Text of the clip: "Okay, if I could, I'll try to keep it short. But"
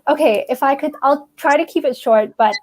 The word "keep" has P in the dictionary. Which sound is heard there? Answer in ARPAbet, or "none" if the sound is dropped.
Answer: P